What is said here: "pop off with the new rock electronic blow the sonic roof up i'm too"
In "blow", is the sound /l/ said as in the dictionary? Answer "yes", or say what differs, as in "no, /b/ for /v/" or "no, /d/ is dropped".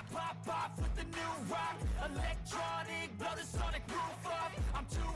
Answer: no, /l/ is dropped